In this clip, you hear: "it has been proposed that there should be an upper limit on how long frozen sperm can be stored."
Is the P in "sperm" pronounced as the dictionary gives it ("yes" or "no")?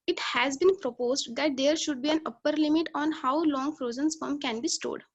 no